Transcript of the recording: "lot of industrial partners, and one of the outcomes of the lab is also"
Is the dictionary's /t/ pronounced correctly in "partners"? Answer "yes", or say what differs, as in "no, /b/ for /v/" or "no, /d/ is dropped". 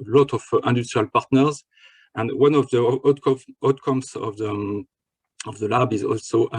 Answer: yes